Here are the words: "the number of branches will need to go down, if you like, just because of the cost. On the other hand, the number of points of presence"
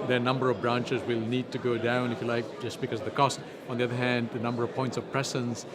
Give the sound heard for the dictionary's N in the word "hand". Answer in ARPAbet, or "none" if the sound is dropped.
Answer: N